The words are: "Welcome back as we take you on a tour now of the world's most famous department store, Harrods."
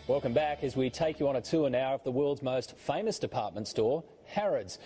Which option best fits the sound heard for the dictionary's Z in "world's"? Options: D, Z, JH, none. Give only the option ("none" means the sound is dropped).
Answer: Z